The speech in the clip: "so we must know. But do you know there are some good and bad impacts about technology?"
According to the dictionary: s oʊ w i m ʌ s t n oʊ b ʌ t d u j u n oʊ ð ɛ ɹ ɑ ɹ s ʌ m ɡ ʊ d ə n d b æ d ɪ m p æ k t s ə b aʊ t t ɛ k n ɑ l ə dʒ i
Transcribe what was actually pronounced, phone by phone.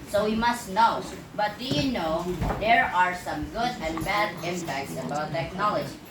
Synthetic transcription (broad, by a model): s oʊ w i m ʌ s t n oʊ b ʌ t d u j u n oʊ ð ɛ ɹ ɑ ɹ s ʌ m ɡ ʊ d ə n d b æ d ɪ m p æ k t s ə b aʊ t t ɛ k n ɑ l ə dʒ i